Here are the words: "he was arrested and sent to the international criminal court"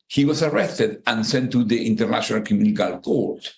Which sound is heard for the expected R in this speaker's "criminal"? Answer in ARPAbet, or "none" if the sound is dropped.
none